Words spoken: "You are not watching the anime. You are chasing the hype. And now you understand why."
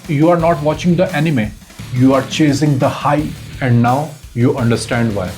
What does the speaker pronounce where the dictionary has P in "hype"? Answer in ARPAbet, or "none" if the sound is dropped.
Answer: none